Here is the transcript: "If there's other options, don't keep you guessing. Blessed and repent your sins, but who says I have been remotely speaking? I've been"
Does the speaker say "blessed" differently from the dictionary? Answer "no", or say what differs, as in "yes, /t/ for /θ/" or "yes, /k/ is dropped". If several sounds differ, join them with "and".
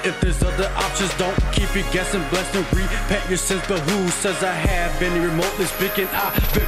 yes, /t/ is dropped